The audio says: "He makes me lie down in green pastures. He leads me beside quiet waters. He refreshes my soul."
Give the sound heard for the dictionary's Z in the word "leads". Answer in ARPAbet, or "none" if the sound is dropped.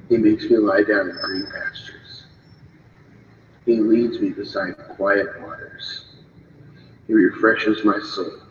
Z